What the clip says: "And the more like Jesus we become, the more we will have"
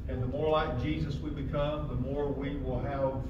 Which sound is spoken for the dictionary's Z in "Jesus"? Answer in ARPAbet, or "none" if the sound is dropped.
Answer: Z